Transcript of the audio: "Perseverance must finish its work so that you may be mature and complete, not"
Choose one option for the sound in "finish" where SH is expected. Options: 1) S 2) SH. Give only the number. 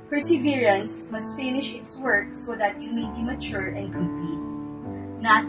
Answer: 2